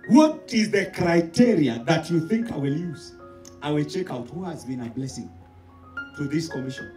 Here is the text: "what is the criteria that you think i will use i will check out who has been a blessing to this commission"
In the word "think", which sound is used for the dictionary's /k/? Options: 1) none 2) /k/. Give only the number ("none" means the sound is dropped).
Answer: 2